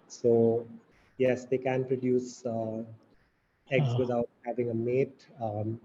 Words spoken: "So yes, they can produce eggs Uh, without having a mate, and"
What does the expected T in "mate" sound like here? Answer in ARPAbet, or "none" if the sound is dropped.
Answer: T